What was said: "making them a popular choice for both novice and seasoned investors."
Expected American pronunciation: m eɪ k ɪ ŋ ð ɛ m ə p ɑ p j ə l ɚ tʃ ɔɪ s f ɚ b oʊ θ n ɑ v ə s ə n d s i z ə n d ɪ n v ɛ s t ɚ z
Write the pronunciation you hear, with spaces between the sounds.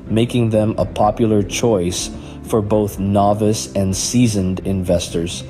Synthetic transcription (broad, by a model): m eɪ k ɪ ŋ ð ɛ m ə p ɑ p j l ɚ tʃ ɔɪ s f ɚ b oʊ θ n ɑ v ə s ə n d s i z ə n d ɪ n v ɛ s t ɚ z